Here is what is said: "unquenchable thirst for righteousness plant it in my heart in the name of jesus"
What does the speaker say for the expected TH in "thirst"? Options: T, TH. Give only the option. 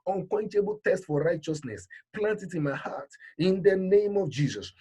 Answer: T